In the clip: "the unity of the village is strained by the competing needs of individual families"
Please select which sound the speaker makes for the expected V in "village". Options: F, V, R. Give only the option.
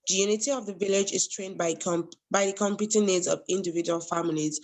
V